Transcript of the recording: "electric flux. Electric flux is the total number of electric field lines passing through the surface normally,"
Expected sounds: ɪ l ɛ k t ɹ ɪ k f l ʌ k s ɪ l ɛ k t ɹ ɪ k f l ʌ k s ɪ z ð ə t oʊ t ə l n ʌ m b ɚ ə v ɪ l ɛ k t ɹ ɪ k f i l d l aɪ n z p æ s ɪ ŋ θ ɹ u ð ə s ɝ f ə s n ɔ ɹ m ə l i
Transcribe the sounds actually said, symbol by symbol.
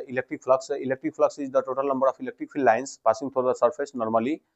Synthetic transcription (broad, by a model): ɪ l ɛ k t ɹ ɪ k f l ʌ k s ɪ l ɛ k t ɹ ɪ k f l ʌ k s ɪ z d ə t oʊ t ə l n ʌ m b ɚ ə p ɪ l ɛ k t ɹ ɪ k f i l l aɪ n s p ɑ s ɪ ŋ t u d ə s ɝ p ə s n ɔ ɹ m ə l i